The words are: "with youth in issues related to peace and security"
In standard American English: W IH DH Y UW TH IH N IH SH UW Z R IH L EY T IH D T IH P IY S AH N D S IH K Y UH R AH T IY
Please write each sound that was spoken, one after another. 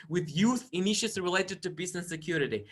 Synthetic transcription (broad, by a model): W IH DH Y UW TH IH N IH SH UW S R IH L EY T IH D T IH B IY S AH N S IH K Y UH R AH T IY